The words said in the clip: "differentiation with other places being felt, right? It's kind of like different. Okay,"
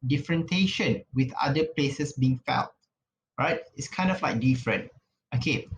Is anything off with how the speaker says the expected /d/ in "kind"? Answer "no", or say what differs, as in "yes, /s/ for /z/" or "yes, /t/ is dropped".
no